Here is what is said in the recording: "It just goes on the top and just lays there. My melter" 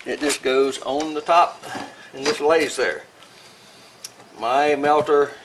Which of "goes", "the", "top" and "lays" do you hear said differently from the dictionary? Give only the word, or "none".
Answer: none